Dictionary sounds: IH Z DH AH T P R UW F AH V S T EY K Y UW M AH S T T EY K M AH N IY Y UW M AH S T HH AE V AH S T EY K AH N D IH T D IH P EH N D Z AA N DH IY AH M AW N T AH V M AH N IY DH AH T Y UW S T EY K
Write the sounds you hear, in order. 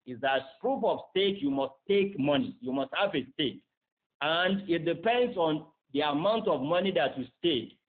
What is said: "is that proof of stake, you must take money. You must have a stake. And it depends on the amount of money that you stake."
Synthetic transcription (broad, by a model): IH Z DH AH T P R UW P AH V S T EY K Y UW M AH S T T EY K M AH N IY Y UW M AH S T HH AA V AH S T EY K AH N D IH T D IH P EH N D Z AA N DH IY AH M AW N T AH V M AH N IY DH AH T Y UW S T EY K